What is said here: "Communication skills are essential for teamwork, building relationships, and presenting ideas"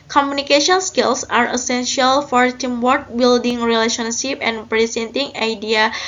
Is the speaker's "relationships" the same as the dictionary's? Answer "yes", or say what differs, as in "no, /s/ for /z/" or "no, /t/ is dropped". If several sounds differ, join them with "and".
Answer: no, /s/ is dropped